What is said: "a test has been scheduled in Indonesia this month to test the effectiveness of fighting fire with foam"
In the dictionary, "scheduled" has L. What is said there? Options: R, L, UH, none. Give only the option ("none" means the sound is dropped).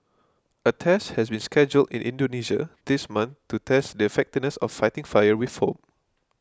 L